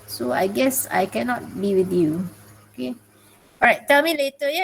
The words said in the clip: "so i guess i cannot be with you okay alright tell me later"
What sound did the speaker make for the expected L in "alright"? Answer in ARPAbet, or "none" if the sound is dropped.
none